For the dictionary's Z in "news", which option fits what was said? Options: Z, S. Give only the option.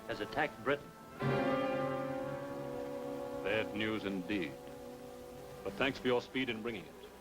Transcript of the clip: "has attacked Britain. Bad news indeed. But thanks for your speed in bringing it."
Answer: Z